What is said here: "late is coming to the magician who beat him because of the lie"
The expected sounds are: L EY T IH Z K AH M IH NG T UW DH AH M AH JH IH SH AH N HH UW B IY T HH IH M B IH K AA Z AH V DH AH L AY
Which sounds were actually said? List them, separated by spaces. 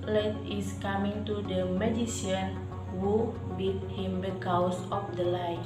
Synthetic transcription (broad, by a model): L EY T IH S K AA M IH NG T UW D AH M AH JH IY S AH N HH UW B IY T HH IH M B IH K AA S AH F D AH L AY